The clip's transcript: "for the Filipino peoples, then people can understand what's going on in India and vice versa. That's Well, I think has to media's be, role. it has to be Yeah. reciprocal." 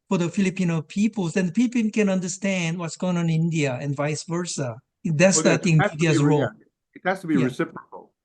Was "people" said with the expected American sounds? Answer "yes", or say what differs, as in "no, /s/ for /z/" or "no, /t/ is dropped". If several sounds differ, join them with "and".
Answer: no, /n/ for /l/